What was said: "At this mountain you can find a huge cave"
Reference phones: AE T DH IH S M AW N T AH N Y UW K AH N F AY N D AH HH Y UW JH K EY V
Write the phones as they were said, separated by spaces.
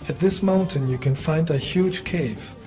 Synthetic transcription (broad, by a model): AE T DH IH S M AW N T AH N Y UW K AH N F AY N D AH HH Y UW JH K EY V